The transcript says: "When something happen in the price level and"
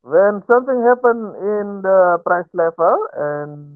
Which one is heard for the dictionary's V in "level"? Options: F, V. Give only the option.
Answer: F